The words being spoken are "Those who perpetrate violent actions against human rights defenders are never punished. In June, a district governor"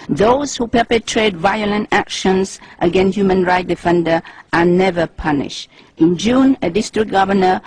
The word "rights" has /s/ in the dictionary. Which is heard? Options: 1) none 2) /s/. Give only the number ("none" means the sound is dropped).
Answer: 1